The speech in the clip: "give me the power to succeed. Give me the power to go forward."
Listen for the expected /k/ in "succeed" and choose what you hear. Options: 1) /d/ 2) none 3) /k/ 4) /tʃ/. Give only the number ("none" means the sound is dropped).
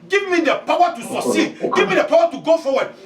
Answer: 2